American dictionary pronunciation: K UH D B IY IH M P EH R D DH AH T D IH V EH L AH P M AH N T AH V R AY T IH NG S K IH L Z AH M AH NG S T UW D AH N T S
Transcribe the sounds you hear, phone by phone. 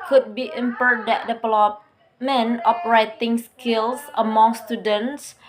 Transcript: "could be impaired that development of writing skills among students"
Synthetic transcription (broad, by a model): K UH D B IY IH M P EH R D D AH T D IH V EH L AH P M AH N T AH P R AY T IH NG S K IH L S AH M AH NG S T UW D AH N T S